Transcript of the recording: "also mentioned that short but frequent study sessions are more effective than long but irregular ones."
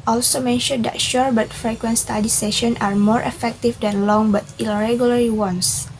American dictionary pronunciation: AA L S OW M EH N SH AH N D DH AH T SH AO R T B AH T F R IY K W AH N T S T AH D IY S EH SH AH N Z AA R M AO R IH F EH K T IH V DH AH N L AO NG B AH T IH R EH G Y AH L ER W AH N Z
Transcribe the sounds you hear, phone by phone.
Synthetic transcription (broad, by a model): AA L S OW M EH N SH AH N D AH T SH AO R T B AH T F R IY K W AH N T S T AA D IY S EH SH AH N AA R M AO R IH F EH K T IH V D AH N L AO NG B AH T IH R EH G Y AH L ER W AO N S